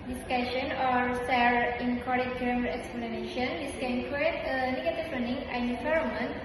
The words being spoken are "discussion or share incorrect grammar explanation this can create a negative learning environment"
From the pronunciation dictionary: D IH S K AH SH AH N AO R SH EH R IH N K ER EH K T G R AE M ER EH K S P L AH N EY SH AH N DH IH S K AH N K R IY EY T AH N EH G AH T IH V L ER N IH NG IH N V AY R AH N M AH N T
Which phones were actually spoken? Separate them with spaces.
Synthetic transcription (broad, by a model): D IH S K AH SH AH N AO R S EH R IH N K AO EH T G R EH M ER EH K S P L AH N EY SH AH N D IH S K AH N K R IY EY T AH N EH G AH T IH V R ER N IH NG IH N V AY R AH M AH N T